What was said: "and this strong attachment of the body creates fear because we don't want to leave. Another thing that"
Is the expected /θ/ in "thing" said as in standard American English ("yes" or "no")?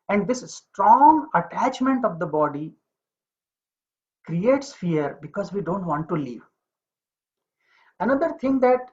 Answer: no